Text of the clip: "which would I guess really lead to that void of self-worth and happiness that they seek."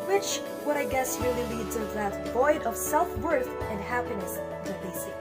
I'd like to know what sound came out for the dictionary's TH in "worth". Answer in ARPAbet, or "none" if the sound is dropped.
TH